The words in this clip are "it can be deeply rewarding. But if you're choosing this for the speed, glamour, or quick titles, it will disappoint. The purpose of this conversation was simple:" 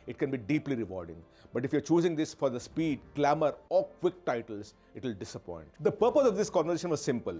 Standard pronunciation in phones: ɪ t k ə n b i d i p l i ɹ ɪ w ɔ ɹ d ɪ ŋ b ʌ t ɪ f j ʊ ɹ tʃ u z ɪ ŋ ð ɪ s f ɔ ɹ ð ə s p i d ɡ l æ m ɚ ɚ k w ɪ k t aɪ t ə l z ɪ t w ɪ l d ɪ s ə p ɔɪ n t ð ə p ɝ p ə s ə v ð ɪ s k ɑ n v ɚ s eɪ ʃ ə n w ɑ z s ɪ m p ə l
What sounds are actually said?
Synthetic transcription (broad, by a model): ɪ t k ə n b i d i p l i ɹ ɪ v ɔ ɹ d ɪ ŋ b ʌ t ɪ f j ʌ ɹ tʃ u z ɪ ŋ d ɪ s f ɔ ɹ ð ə s p i d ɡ l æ m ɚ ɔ k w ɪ k t aɪ t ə l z ɪ t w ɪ l d ɪ s ə p ɔɪ n t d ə p ɝ p ə s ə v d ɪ s k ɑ n v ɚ eɪ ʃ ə n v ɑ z s ɪ m p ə l